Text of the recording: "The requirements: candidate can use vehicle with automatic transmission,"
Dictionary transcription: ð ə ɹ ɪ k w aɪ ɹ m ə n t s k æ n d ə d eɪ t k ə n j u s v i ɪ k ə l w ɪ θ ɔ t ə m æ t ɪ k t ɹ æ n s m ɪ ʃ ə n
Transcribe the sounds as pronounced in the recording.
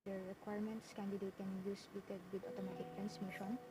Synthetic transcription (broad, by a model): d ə ɹ ɪ k w aɪ ɹ m ə n t s k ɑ n d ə d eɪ t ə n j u s p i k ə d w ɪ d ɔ t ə m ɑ t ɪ k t ɹ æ n s m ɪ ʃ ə n